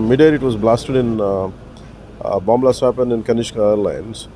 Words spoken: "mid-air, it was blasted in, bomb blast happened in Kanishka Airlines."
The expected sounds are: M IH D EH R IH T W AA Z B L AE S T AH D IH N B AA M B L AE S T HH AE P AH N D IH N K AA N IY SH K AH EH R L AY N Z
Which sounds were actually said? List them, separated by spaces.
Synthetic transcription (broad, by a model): M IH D EH R IH T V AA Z B L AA S T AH D IH N B AA M B L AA S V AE P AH N IH N K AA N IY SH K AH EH R L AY N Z